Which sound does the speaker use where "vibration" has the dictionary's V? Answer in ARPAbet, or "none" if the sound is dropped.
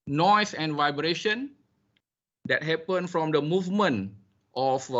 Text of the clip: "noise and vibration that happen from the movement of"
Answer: V